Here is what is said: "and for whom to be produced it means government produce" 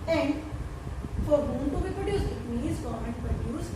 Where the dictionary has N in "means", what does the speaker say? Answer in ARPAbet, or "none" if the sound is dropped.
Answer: none